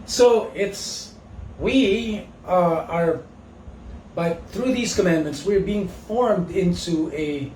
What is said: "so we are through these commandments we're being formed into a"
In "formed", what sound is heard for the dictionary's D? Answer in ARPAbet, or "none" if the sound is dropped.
D